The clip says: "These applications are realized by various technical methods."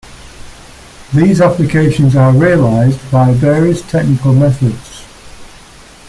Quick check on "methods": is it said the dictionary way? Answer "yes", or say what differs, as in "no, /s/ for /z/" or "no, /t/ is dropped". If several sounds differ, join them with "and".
yes